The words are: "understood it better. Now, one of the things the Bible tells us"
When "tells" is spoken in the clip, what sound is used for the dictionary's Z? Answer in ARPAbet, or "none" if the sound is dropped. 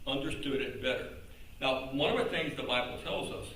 Z